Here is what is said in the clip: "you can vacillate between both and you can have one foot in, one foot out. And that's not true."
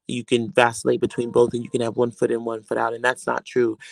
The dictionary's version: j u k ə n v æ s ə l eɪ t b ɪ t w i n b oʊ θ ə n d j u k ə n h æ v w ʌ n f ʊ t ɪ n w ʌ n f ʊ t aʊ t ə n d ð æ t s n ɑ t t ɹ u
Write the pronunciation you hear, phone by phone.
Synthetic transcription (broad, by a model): j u k ə n v æ s ə l eɪ t b ɪ t w i n b oʊ θ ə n j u k ə n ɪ v w ʌ n f ʊ t ɪ n w ʌ n f ʊ t aʊ t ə n ð æ t s n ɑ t t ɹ u